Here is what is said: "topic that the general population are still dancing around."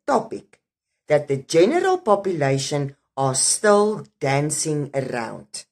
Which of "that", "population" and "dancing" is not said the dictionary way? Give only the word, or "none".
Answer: none